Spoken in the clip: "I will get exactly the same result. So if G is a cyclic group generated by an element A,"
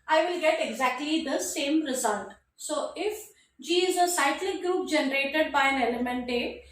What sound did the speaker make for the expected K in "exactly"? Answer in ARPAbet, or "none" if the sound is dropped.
K